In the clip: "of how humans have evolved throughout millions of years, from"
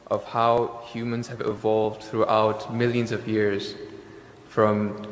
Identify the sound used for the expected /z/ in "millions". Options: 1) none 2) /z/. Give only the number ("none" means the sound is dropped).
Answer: 2